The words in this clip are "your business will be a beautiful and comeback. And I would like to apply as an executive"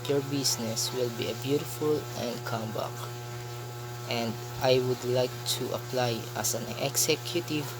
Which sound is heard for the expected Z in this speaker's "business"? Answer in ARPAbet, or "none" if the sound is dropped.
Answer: S